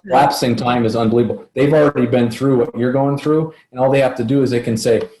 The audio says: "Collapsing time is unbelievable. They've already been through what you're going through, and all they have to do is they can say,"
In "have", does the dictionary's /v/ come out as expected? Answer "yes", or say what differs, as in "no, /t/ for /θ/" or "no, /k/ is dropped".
no, /f/ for /v/